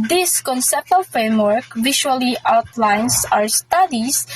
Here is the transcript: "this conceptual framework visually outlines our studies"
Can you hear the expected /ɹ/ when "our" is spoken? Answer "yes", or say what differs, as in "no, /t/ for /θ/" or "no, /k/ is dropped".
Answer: yes